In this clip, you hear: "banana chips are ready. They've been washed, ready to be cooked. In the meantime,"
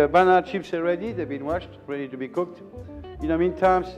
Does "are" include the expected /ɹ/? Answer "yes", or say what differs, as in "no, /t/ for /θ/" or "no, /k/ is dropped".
no, /l/ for /ɹ/